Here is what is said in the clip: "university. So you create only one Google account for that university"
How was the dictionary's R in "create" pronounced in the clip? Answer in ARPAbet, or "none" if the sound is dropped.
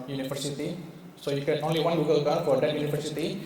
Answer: none